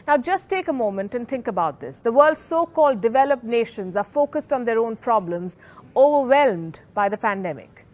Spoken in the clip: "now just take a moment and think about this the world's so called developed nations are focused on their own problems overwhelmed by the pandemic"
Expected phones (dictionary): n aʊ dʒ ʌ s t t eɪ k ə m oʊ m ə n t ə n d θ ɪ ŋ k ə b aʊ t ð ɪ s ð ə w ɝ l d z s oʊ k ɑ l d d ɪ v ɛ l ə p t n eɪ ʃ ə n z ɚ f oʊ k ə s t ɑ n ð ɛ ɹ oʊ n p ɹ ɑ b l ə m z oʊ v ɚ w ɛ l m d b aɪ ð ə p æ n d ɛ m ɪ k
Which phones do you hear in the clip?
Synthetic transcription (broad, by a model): n aʊ dʒ ʌ s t t eɪ k ə m oʊ m ə n t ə n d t ɪ ŋ k ə b aʊ t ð ɪ s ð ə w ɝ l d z s oʊ k ɑ l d d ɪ v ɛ l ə p n eɪ ʃ ə n z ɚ f oʊ k ə s t ɑ n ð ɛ ɹ oʊ n p ɹ ɑ b l ə m z oʊ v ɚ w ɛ l m d b aɪ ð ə p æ n d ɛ m ɪ k